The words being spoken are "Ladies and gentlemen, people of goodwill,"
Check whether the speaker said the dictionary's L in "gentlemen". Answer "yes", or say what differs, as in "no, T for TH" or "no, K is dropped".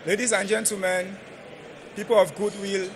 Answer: no, L is dropped